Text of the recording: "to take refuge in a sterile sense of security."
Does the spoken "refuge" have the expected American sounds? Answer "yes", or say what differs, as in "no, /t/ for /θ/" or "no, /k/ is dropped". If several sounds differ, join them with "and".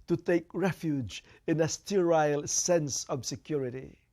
yes